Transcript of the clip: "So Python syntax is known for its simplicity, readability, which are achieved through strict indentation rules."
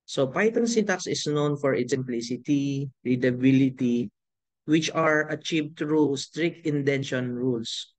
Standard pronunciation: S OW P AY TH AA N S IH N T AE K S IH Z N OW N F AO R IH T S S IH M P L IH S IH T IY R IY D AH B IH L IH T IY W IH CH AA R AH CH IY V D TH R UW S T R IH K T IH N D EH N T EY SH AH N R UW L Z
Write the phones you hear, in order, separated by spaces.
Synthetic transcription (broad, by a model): S OW P AY T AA N S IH T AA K S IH S N OW N F AO R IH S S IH M P L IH S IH T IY R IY D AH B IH L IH T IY W IH CH AA R AH CH IY V D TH R UW S T R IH K T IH N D EH N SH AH N R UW L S